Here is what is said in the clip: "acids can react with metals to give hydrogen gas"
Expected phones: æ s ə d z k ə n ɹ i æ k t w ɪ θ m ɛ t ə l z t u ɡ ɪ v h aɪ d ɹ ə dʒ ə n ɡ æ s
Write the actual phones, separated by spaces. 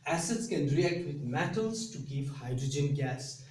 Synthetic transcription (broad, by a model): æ s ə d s k ə n ɹ i æ k t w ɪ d m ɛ t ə l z t u ɡ ɪ v h aɪ d ɹ ə dʒ ə n ɡ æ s